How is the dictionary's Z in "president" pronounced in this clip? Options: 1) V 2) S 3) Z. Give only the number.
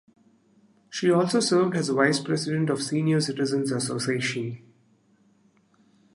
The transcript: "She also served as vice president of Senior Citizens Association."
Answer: 2